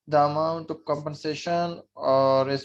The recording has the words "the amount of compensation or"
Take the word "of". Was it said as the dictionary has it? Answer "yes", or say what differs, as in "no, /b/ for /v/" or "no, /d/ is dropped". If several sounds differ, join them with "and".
no, /p/ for /v/